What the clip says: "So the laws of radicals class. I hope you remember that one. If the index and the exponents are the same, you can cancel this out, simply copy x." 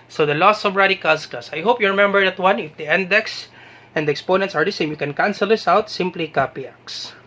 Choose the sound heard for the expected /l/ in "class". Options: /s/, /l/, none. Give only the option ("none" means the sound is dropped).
none